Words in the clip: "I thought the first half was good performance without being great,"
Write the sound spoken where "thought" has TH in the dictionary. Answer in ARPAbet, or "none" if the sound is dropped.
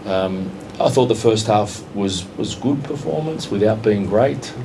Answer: TH